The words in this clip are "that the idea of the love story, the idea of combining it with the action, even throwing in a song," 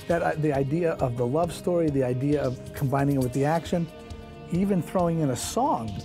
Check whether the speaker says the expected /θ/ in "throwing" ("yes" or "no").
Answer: yes